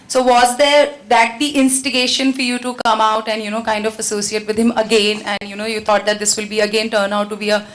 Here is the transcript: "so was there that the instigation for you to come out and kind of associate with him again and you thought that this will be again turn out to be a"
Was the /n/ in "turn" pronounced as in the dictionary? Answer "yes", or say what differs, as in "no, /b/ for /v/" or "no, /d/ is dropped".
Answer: yes